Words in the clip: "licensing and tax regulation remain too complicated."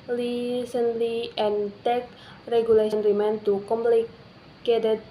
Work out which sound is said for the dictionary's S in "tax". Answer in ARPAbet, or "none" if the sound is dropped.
none